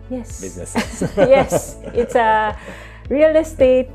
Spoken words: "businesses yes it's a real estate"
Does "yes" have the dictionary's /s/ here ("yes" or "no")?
yes